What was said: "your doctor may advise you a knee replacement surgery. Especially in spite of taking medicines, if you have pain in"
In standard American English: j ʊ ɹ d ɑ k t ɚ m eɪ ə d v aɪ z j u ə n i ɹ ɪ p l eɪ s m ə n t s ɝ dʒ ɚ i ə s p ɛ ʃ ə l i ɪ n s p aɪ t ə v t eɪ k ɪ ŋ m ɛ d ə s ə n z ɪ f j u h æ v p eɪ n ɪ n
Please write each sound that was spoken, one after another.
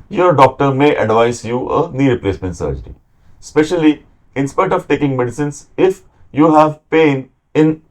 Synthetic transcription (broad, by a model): j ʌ ɹ d ɑ k t ɚ m eɪ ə d v aɪ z j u ə n i ɹ ɪ p l eɪ s m ə n t s ɝ dʒ ɚ i s p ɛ ʃ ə l i ɪ n s p aɪ t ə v t eɪ k ɪ ŋ m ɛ d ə s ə n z ɪ f j u h æ v p eɪ n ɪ n